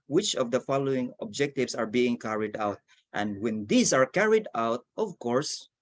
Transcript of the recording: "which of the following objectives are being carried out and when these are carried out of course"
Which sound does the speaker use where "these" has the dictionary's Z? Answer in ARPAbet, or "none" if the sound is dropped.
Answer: S